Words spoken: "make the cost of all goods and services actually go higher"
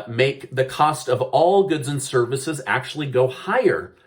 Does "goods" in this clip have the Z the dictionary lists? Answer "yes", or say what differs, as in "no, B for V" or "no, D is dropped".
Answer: yes